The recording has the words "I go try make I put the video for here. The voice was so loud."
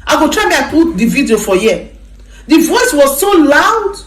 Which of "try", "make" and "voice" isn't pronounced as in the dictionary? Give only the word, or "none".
make